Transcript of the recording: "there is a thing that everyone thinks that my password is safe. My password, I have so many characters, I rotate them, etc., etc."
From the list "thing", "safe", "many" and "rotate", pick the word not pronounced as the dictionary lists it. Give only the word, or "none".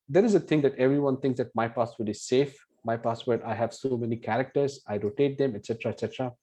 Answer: thing